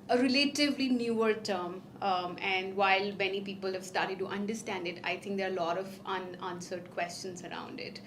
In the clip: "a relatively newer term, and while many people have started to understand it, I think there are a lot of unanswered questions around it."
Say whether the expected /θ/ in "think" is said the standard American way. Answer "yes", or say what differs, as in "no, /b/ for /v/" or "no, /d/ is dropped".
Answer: no, /t/ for /θ/